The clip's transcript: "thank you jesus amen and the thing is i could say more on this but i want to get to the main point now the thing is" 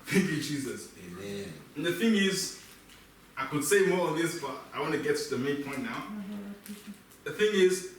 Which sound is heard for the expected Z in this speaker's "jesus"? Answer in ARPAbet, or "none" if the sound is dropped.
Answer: Z